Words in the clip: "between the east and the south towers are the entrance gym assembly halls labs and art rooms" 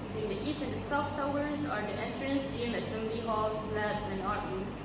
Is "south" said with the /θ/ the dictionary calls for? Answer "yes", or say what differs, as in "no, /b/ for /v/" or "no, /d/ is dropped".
no, /f/ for /θ/